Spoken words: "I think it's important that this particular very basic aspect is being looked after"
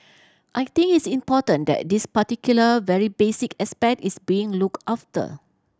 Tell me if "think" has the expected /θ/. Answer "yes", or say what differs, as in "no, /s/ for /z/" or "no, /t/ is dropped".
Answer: no, /t/ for /θ/